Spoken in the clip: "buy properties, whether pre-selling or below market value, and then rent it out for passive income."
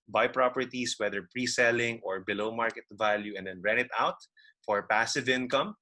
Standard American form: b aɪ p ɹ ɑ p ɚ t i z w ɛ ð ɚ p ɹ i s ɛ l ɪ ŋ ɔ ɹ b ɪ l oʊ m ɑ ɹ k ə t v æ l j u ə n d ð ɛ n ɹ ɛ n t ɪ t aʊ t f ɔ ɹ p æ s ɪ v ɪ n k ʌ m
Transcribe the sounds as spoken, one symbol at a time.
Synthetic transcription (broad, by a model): b aɪ p ɹ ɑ p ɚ t i s w ɛ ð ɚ p ɹ i s ɛ l ɪ ŋ ɔ ɹ b ɪ l oʊ m ɑ ɹ k ə t v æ l j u ə n d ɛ n ɹ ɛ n ɪ t aʊ t f ɔ ɹ p æ s ɪ v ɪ n k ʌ m